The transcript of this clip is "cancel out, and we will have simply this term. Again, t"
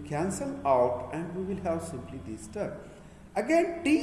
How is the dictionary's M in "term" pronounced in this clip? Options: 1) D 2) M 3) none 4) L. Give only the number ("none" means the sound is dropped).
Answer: 3